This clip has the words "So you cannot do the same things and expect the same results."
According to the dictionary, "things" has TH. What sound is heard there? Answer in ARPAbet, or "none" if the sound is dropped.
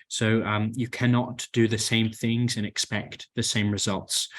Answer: TH